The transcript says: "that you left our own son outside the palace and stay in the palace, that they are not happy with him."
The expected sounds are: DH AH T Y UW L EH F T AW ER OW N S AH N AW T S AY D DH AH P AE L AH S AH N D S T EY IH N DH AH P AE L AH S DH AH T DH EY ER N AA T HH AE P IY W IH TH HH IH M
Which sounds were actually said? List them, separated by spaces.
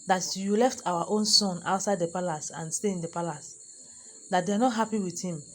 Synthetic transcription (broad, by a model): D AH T Y UW L EH F T AW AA OW N S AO N AW T S AY D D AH P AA L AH S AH N S T EY IH N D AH P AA L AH S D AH T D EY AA N AA T HH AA P IY W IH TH HH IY M